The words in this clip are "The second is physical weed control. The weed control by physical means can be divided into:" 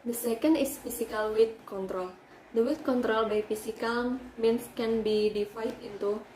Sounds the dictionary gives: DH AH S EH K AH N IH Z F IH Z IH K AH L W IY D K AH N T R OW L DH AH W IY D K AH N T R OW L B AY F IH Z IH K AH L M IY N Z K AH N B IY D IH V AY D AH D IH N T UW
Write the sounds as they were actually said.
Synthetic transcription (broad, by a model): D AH S EH K AH N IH S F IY S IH K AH L W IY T K AH N T R OW L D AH W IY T K AH N T R OW L B AY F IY S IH K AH L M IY N S K AH N B IY D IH F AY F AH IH N T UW